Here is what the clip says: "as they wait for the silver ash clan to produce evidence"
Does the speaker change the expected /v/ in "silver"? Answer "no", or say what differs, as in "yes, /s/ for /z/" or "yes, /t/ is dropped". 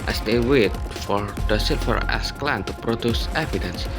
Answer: yes, /f/ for /v/